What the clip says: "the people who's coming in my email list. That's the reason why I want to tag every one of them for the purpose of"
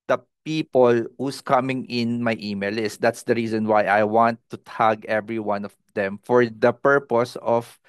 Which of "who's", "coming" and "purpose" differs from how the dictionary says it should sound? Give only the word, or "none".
who's